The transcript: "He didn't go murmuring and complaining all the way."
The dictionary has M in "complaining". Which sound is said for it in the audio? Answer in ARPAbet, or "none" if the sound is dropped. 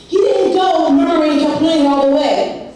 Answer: none